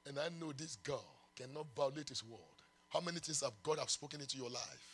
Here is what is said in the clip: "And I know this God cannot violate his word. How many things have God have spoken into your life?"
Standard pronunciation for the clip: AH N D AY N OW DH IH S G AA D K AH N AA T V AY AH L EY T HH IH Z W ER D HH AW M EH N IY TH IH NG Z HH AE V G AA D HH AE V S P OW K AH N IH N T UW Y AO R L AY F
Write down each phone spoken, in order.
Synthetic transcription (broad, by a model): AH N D AY N OW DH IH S G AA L K AH N AA T V AY AH L EY T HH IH S W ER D HH AW M EH N IY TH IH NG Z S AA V G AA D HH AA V S P OW K AH N IH N T UW Y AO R L AY F